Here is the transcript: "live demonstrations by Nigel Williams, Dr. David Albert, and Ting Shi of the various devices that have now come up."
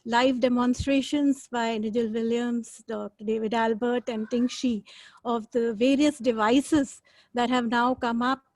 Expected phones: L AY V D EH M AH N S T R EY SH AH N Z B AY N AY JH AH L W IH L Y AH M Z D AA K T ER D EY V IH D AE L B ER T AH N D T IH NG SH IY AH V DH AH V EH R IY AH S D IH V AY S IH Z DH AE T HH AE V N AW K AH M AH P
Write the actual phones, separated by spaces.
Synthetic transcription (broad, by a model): L AY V D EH M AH N S T R EY SH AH N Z B AY N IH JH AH L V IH L Y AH M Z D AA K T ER D EY V IH D AE L B ER T AH N D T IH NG SH IY AH V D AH V EH R IY AH S D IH V AY S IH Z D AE T HH AE V N AW K AH M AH P